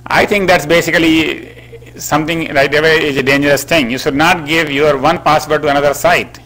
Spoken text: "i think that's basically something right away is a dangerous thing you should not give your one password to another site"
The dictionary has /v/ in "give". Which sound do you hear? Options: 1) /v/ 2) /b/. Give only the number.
1